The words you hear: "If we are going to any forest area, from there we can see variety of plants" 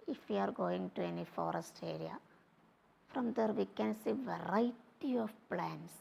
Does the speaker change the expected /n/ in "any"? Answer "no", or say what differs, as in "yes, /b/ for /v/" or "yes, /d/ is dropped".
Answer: no